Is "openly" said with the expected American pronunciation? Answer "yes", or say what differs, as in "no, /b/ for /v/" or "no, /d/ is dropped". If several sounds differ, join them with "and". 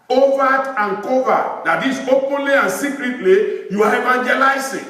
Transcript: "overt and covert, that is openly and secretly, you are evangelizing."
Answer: yes